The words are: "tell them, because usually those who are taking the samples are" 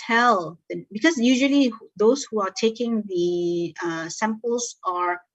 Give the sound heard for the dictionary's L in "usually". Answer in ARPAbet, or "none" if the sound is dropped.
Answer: L